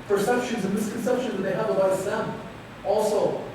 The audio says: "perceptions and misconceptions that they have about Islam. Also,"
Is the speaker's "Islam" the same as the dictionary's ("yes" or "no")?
no